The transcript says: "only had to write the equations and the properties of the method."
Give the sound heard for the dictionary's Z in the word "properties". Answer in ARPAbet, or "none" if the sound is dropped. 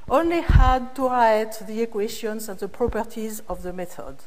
Z